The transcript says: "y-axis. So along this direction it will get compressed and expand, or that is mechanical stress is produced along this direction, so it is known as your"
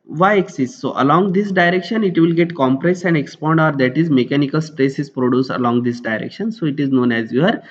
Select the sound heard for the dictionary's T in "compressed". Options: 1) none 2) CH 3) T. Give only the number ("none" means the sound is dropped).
1